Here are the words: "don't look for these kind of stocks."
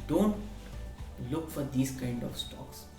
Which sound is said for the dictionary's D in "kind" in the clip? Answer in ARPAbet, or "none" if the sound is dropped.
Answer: D